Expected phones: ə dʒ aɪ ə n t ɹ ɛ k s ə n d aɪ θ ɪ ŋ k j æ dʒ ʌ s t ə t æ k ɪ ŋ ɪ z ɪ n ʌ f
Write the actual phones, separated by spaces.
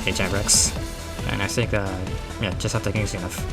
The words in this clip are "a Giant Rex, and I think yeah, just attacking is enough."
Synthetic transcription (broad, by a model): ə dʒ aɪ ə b ɹ ɛ k s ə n aɪ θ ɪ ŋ k j æ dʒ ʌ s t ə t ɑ ɪ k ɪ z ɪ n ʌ f